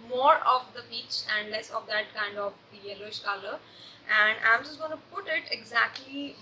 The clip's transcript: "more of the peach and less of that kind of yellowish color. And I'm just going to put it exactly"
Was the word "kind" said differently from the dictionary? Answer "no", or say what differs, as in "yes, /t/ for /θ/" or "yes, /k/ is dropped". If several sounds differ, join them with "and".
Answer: no